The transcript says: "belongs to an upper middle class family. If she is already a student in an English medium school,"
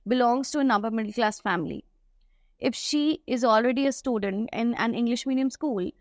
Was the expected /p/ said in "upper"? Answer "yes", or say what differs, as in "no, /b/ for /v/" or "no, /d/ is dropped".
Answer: no, /b/ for /p/